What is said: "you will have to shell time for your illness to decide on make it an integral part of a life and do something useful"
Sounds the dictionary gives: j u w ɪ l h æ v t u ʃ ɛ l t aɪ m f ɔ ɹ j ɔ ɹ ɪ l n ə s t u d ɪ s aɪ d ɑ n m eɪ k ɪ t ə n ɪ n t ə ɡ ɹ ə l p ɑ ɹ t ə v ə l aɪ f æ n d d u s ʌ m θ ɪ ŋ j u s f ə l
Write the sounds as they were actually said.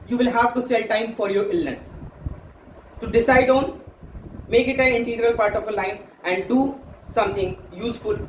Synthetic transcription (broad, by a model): j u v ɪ l h æ v t u s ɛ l t aɪ m f ɔ ɹ j ɔ ɹ ɪ l n ə s t u d ɪ s aɪ d ɑ n m eɪ k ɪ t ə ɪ n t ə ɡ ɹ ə l p ɑ ɹ t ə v ə l aɪ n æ n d d u s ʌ m t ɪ ŋ j u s f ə l